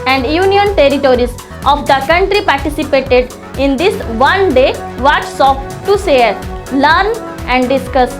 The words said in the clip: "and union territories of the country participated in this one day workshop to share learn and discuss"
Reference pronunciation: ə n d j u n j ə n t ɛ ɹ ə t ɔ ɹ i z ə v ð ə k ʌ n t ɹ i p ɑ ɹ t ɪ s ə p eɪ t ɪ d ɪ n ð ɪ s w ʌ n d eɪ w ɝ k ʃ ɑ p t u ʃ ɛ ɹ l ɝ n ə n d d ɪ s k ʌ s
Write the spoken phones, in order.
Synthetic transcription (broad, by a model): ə n d j u n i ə n t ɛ ɹ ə t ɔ ɹ i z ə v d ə k ʌ n t ɹ i p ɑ ɹ t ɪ s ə p eɪ t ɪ d ɪ n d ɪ s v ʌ n d eɪ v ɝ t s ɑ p t u s ɛ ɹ l ɝ n ə n d d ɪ s k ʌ s